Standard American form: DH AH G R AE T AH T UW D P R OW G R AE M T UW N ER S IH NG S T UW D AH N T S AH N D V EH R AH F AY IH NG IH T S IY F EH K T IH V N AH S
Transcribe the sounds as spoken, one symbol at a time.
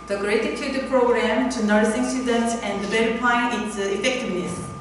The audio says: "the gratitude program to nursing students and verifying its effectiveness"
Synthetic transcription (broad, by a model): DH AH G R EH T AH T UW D P R OW G R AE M T UW N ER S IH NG S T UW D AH N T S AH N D B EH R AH P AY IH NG IH T S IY F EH K T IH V N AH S